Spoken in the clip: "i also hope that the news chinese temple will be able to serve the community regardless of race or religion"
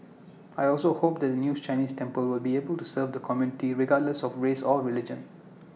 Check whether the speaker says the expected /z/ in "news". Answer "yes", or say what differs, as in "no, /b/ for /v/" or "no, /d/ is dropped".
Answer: no, /z/ is dropped